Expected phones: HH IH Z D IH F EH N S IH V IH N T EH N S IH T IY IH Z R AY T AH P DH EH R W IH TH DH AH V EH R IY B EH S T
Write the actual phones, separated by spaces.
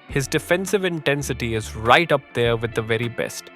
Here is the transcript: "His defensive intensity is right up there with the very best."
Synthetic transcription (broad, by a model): HH IH Z D IH F EH N S IH V IH N T EH N S IH T IY IH Z R AY T AH P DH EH R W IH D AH V EH R IY B EH S T